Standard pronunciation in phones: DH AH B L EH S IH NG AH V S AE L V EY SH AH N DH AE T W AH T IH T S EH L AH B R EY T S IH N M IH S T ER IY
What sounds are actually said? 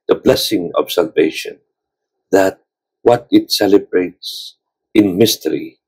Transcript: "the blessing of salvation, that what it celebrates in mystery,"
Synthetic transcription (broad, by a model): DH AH B L EH S IH NG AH B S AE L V EY SH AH N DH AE T W AH T IH T S EH L AH B R EY T S IH N M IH S T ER IY